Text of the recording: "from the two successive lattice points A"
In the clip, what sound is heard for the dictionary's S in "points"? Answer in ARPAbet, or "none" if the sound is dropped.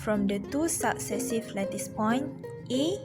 none